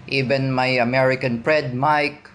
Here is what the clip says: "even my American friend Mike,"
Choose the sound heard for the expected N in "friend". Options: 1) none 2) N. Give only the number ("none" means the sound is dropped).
1